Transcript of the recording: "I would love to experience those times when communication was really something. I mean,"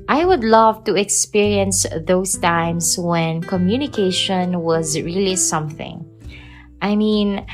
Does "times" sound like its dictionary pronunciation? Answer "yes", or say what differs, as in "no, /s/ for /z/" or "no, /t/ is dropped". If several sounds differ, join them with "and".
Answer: no, /s/ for /z/